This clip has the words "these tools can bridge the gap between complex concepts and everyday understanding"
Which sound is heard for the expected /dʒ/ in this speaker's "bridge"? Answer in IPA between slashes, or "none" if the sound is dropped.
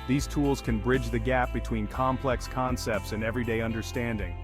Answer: /dʒ/